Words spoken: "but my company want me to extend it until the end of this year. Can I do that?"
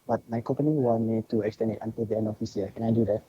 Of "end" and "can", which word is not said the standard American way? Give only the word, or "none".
end